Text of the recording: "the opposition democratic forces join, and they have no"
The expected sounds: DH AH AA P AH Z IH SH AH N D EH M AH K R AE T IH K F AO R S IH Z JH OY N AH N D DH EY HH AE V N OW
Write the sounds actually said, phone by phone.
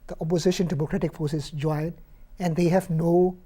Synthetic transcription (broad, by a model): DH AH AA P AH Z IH SH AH N D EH M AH K R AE T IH K F AO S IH S JH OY N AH N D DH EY HH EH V N OW